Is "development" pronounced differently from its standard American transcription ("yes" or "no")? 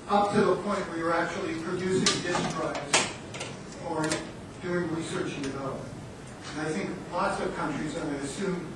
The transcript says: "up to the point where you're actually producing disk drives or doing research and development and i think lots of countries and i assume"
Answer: yes